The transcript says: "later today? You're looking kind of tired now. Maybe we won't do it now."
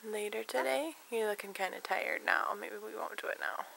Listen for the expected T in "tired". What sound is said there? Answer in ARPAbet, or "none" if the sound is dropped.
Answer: T